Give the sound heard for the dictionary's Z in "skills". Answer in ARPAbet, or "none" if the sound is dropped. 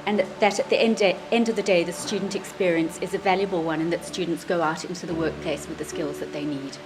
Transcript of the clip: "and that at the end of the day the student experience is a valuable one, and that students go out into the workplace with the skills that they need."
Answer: Z